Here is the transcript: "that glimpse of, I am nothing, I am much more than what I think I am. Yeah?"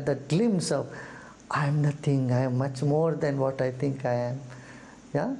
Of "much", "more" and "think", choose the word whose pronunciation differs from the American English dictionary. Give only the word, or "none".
think